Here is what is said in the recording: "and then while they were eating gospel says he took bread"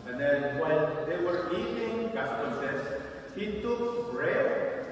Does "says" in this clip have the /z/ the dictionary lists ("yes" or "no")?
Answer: no